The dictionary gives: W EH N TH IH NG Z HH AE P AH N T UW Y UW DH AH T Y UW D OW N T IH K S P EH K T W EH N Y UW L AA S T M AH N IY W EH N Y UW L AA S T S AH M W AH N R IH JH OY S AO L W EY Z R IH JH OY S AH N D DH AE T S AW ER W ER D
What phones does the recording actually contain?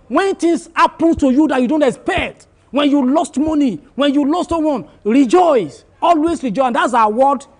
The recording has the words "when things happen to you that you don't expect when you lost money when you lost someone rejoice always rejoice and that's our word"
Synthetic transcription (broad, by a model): W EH N T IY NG S HH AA P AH N T UW Y UW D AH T Y UW D OW N T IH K S P EH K T W EH N Y UW L AA S T M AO N IY W EH N Y UW L AA S T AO W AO N R IH JH OY S AO L W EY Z R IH JH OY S AH N D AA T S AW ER W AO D